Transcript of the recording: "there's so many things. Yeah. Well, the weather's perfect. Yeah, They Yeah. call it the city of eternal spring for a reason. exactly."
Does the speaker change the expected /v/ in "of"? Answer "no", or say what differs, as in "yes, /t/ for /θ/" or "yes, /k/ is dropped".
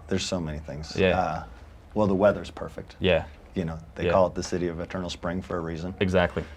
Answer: no